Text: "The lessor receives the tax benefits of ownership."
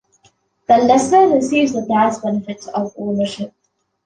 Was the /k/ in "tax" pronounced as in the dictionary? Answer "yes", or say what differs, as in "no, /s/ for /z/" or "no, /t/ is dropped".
no, /k/ is dropped